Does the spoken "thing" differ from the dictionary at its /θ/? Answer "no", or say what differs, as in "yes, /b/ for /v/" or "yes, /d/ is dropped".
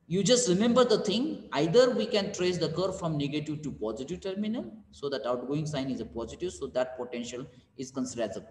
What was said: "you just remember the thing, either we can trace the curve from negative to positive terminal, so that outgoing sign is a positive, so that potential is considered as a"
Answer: yes, /t/ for /θ/